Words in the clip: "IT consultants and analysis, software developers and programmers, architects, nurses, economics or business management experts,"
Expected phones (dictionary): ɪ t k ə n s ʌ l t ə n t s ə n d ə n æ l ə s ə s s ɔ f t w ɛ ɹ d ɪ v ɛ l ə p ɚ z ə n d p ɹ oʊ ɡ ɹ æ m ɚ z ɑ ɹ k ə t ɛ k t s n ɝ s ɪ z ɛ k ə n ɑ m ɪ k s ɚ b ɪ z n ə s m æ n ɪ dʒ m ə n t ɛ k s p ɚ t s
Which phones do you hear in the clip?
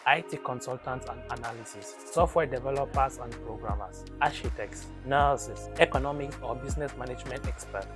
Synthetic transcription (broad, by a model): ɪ t k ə n s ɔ l t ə n t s ə n d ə n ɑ l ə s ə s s ɔ f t w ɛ d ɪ v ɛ l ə p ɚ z ə n d p ɹ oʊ ɡ ɹ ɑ m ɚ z ɑ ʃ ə t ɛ k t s n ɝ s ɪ s ɛ k ə n ɑ m ɪ k s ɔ b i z n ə s m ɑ n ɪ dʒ m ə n t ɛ k s p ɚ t